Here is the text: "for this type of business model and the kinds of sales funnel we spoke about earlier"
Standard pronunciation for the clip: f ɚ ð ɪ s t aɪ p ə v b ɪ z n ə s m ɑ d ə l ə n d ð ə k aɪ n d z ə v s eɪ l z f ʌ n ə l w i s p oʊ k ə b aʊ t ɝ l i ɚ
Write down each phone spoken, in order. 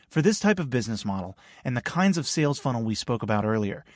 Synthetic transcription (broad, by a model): f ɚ ð ɪ s t aɪ p ə v b ɪ z n ə s m ɑ d l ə n ð ə k aɪ n d z ə v s eɪ l z f ʌ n l w i s p oʊ k ə b aʊ t ɝ l i ɚ